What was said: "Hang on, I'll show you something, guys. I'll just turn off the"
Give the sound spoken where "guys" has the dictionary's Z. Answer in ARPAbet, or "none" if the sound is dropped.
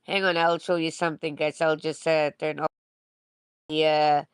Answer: S